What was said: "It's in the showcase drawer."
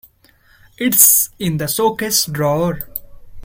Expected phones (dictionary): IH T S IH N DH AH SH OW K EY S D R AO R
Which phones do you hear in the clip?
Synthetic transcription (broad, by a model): IH T S IH N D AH S OW K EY S D R AO R